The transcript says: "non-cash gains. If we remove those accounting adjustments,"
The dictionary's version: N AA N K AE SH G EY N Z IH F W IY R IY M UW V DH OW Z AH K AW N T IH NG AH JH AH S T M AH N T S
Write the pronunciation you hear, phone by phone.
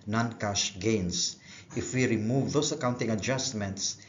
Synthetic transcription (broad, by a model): N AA N K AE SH G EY N S IH F W IY R IY M UW V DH OW S AH K AW N T IH NG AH JH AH S T M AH N T S